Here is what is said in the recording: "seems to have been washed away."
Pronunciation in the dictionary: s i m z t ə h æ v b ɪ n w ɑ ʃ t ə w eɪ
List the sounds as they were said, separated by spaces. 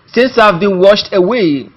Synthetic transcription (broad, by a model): s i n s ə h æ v b ɪ n w ɑ ʃ t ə w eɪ